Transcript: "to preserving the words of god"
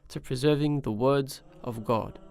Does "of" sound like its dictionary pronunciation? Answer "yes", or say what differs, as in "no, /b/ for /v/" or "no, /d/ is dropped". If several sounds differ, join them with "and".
yes